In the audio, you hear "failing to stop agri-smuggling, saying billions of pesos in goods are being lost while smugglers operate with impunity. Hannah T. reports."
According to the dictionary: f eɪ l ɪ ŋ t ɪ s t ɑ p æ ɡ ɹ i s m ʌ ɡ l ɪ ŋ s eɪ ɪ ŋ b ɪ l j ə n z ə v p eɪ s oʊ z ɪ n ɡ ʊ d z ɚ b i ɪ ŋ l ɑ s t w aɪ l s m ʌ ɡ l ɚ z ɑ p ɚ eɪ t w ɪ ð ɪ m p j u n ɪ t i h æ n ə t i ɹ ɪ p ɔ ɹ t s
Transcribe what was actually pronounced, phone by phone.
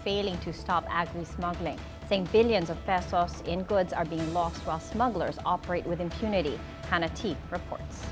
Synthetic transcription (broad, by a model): f eɪ l ɪ ŋ t ɪ s t ɑ p æ ɡ ɹ i s m ʌ ɡ l ɪ ŋ s eɪ ɪ ŋ b ɪ l j ə n z ə v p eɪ s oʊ s ɪ n ɡ ʊ d z ɚ b i ɪ ŋ l ɑ s t w aɪ l s m ʌ ɡ l ɚ z ɑ p ɚ eɪ t w ɪ ð ɪ m p j u n ɪ t i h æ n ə t i ɹ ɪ p ɔ ɹ t s